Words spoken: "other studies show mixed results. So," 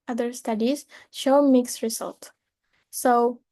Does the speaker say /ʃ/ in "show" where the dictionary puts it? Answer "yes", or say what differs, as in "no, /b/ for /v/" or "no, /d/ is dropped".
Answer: yes